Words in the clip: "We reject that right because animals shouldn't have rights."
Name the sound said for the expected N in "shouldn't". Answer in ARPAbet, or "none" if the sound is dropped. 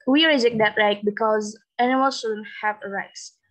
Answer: N